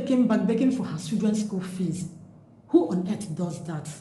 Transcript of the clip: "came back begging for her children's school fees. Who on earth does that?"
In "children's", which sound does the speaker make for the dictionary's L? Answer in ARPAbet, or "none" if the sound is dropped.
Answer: none